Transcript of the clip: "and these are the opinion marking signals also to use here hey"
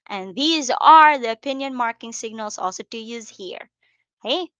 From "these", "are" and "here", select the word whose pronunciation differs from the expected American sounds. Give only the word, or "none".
none